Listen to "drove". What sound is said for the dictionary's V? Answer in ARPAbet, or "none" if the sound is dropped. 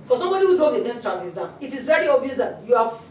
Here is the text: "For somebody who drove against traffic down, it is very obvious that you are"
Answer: none